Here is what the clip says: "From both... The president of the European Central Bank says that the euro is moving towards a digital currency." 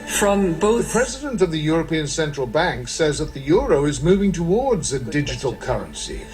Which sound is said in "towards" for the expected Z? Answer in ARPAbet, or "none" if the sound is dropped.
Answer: Z